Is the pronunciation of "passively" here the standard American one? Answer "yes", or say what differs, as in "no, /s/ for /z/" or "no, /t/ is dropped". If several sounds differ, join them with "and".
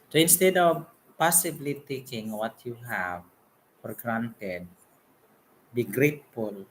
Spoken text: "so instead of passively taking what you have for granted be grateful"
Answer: no, /b/ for /v/